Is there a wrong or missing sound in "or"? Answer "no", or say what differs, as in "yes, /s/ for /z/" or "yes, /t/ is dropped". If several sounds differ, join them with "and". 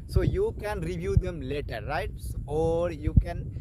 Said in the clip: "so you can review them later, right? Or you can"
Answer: no